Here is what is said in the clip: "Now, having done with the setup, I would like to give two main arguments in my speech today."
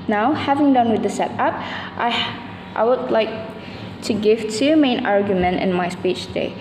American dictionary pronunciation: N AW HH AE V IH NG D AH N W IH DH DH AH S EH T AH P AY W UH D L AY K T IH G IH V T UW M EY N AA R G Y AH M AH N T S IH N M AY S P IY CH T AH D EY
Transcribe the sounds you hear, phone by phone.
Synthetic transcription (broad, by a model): N AW HH AE V IH NG D AH N W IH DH DH AH S EH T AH P AY W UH D L AY K T IH G IH V T UW M EY N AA R G Y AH M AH N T IH N M AY S P IY CH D EY